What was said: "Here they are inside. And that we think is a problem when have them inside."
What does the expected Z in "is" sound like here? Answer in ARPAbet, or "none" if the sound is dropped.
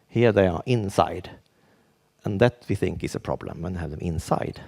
S